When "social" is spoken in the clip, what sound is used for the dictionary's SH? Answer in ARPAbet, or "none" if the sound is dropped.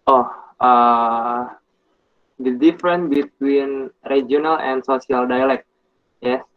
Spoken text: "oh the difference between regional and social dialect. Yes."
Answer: S